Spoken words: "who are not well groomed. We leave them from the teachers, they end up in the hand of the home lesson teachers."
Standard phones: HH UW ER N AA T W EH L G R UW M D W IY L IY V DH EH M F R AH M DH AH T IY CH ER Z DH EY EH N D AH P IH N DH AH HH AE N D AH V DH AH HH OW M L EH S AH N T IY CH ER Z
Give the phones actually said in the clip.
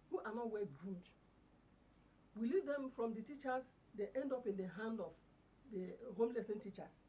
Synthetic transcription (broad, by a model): HH UW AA N AA T W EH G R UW D W IY L IY V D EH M F R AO M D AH T IY CH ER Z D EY EH N D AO P IH N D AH HH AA N D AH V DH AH HH OW M L EH S AH N T IY CH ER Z